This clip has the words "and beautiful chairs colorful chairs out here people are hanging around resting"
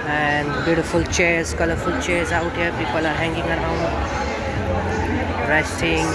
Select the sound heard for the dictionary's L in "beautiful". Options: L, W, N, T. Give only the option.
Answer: L